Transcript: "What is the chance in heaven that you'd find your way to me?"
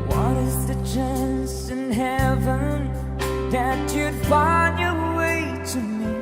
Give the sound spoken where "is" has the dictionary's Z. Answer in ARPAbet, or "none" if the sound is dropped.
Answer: Z